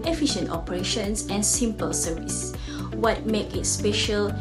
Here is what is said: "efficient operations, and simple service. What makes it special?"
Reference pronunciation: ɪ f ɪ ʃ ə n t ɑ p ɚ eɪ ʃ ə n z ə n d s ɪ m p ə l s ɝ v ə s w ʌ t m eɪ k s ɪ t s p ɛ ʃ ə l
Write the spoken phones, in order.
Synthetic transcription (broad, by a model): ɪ f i ʃ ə n t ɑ p ɚ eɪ ʃ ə n s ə n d s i m p ə l s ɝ v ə s w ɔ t m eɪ k ɪ t s p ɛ ʃ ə l